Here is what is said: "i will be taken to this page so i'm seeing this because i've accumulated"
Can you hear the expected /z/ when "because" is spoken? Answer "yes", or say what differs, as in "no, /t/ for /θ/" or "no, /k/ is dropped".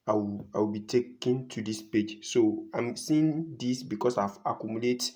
no, /s/ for /z/